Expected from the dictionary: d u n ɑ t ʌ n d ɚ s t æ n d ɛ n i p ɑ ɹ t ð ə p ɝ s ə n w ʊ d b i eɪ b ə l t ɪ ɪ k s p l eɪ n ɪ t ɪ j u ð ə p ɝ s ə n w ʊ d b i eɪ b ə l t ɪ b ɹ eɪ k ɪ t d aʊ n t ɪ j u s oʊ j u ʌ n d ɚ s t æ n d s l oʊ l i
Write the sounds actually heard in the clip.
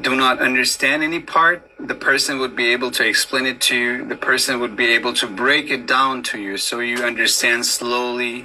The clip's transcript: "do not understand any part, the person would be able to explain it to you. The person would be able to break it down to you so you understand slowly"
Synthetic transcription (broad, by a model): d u n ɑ t ʌ n d ɚ s t æ n d ɛ n i p ɑ ɹ t ð ə p ɝ s ə n w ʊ d b i eɪ b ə l t ɪ ɪ k s p l eɪ n ɪ t ɪ j u ð ə p ɝ s ə n w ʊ d b i eɪ b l t ɪ b ɹ eɪ k ɪ t d aʊ n t ɪ j u s oʊ j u ʌ n d ɚ s t æ n d s l oʊ l i